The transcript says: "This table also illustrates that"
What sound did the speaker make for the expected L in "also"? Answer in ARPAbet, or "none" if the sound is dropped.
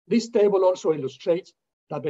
N